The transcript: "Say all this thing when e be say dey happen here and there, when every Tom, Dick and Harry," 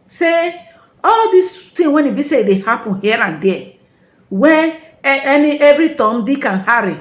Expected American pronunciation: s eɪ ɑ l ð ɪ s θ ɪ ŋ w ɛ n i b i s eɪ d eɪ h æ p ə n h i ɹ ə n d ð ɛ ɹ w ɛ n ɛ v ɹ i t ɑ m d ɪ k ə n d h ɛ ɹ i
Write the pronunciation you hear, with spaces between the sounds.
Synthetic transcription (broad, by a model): s eɪ ɑ l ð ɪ s t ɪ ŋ w ɛ n i b i s eɪ d eɪ h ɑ p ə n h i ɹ ə n d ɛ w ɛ n ɛ v ɹ i t ɑ m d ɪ k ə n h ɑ ɹ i